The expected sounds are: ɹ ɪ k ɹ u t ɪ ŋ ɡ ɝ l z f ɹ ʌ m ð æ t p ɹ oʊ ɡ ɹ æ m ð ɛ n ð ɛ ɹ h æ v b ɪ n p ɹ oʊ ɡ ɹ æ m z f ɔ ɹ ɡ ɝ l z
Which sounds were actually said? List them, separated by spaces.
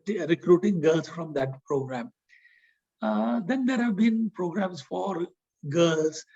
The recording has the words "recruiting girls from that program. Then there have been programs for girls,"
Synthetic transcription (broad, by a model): ɹ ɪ k ɹ u t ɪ ŋ ɡ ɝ l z f ɹ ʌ m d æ t p ɹ oʊ ɡ ɹ æ m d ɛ n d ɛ ɹ h æ v b ɪ n p ɹ oʊ ɡ ɹ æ m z f ɔ ɹ ɡ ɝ l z